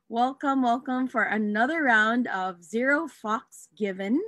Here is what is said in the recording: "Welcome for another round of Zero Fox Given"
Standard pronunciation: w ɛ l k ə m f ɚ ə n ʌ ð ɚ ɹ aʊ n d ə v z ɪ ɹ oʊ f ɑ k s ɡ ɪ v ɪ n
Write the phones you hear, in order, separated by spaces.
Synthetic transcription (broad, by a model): w ɛ l k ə m f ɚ ə n ʌ ð ɚ ɹ aʊ n d ə v z ɪ ɹ oʊ f ɑ k s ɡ ɪ v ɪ n